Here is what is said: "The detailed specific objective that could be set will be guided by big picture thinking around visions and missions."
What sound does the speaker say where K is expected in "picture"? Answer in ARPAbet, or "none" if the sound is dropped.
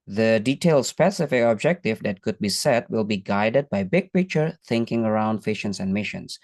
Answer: none